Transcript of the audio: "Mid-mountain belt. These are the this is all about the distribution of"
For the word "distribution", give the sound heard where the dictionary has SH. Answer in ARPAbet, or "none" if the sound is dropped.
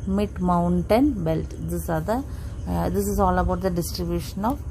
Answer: SH